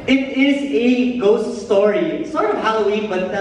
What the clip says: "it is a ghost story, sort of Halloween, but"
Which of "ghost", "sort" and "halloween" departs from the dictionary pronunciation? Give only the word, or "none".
none